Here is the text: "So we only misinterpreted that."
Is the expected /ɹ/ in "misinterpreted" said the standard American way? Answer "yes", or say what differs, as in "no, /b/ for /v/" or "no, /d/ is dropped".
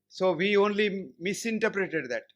yes